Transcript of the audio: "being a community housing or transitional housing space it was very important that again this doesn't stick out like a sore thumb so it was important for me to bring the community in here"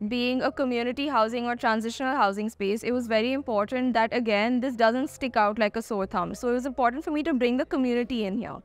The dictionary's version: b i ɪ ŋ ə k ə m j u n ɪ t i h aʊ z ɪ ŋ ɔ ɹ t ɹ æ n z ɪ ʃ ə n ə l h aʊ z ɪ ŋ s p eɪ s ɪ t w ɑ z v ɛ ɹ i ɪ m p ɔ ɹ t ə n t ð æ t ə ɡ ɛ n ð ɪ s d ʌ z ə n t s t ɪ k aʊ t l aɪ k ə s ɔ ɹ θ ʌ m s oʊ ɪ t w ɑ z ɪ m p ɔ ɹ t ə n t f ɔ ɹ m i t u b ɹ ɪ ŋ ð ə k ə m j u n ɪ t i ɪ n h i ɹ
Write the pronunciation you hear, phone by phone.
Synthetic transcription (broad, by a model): b i ɪ ŋ ə k ə m j u n ɪ t i h aʊ z ɪ ŋ ɔ ɹ t ɹ æ n z ɪ ʃ ə n ə l h aʊ z ɪ ŋ s p eɪ s ɪ t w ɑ z v ɛ ɹ i ɪ m p ɔ ɹ t ə n t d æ t ə ɡ ɛ n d ɪ s d ʌ z ə n t s t ɪ k aʊ t l aɪ k ə s ɔ ɹ t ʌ m s oʊ ɪ t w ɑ z ɪ m p ɔ ɹ t ə n t f ɔ ɹ m i t u b ɹ ɪ ŋ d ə k ə m j u n ɪ t i ɪ n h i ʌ